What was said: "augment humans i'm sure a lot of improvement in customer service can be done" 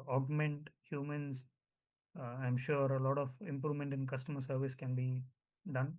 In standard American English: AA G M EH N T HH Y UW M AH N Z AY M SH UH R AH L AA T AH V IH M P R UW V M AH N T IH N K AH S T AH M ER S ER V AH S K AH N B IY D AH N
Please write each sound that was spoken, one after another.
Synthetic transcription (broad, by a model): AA G M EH N T HH Y UW M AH N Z AY M SH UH R AH L AA T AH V IH M P R UW V M AH N T IH N K AH S T AH M ER S ER V AH S K AH N B IY D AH N